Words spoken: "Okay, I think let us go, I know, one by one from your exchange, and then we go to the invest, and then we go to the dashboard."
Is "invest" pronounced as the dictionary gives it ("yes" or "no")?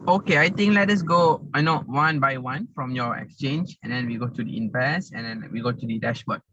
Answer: no